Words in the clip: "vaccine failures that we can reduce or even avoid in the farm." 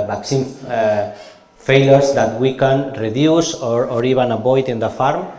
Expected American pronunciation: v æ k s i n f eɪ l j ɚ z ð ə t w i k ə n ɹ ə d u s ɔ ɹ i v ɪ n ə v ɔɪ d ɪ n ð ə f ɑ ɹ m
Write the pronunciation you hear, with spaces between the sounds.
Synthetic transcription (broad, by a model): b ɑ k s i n f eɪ l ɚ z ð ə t w i k ə n ɹ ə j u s ɔ ɹ i b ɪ n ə b ɔɪ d ɪ n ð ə f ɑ ɹ m